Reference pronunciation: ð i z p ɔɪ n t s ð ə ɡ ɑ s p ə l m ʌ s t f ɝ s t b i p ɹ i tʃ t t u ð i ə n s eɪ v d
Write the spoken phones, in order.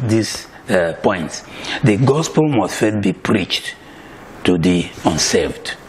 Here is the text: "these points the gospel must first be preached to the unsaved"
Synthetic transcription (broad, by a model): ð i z p ɔɪ n t s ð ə ɡ ɑ s p ə l m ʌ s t f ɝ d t b i p ɹ i tʃ t t u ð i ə n s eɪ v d